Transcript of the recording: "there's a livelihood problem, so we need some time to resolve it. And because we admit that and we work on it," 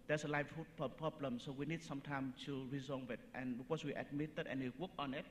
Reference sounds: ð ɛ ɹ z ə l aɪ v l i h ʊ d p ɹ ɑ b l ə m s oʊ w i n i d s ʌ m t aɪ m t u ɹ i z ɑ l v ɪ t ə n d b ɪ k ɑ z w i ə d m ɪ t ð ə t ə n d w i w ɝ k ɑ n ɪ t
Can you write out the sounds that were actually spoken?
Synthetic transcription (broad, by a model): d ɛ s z ə l aɪ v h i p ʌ p ɹ ɑ b l ə m s oʊ w i n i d s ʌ m t aɪ m t u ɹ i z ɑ v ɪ t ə n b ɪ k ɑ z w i ə d m ɪ t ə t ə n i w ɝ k ɑ n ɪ t